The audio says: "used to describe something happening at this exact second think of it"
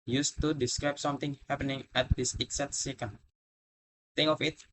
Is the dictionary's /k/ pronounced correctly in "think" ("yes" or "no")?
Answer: no